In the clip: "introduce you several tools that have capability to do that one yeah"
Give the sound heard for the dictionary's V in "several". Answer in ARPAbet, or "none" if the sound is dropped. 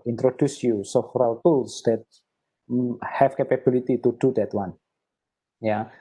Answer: F